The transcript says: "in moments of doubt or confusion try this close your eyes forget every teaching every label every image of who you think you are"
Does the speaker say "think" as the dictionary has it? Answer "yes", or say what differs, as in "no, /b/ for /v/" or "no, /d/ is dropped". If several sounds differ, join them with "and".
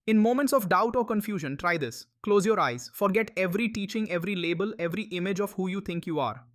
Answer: no, /t/ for /θ/